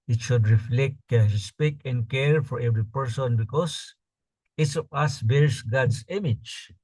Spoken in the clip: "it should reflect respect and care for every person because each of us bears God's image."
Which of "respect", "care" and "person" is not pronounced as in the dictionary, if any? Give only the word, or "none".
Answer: respect